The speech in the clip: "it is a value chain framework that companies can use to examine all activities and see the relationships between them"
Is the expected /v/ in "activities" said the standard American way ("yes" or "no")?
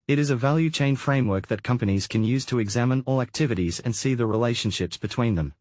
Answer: yes